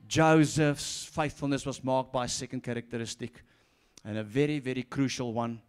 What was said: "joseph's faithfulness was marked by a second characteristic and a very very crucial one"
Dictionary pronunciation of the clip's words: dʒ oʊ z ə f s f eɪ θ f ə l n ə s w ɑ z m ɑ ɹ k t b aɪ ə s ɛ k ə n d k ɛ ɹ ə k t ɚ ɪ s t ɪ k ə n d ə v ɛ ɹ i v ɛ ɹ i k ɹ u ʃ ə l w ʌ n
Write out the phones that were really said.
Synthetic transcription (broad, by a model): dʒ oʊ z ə f s f eɪ θ f ə l n ə s w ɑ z m ɑ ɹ k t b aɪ ə s ɛ k ə n d k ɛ ɹ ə k t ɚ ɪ s t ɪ k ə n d ə v ɛ ɹ i v ɛ ɹ i k ɹ u ʃ ə l w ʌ n